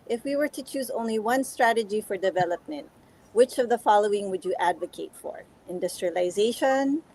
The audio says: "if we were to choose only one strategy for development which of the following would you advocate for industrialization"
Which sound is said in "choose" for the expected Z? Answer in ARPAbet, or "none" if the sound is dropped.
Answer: Z